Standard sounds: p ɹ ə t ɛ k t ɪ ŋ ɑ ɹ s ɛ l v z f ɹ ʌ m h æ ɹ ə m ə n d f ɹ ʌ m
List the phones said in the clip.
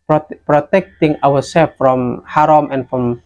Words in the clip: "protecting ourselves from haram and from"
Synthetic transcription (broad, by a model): p ɹ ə t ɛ k t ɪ ŋ ɑ w s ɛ l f ɹ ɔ m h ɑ ɹ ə m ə n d f ɹ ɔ m